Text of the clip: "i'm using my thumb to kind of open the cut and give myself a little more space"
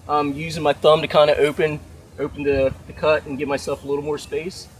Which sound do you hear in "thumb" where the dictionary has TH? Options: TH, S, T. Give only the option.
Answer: TH